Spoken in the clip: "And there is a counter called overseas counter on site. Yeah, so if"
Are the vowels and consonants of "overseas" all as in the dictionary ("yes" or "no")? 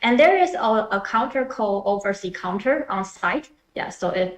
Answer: no